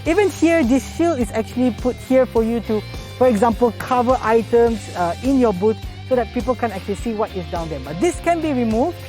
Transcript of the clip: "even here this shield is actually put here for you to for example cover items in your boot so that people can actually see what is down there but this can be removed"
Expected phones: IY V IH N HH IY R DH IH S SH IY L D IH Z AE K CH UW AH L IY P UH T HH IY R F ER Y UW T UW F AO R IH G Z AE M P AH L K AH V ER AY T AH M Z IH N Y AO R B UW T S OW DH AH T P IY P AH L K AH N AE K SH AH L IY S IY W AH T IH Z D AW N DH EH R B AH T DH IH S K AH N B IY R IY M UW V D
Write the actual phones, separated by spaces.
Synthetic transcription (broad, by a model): IY V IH N HH IY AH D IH S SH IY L IH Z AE K CH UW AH L IY P UH T HH IY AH F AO Y UW T UW F AO R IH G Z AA M P AH L K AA V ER AY T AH M S IH N Y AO B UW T S OW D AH T P IY P AH L K AH N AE K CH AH L IY S IY W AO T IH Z D AW N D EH B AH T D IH S K AH N B IY R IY M UW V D